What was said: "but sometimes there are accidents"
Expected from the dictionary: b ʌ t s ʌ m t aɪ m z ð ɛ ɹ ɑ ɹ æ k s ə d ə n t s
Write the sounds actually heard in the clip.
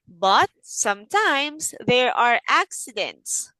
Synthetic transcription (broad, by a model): b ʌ t s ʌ m t aɪ m s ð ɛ ɹ ɑ ɹ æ k s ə d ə n t s